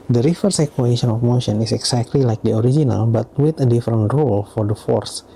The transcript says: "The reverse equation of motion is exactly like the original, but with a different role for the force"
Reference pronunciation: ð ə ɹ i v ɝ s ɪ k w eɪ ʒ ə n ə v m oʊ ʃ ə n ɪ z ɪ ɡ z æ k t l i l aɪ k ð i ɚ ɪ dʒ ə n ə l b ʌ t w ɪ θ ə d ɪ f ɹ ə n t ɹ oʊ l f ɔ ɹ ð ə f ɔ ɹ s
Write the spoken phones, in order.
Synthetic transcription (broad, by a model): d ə ɹ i f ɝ s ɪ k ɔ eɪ ʃ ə n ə f m oʊ ʃ ə n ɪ s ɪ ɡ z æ k t l i l aɪ k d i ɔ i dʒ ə n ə l b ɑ t w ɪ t ə d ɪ f ɹ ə n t ɹ oʊ l f ɔ ɹ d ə f ɔ ɹ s